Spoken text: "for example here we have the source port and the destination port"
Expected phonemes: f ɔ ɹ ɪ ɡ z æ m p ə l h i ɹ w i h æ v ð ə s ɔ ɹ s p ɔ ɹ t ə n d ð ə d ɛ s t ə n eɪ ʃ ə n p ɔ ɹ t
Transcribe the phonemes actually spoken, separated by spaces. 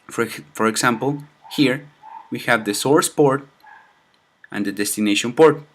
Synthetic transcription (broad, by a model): f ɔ ɹ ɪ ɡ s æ m p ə l h i ɹ w i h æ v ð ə s ɔ ɹ s p ɔ ɹ t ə n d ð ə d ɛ s t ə n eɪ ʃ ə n p ɔ ɹ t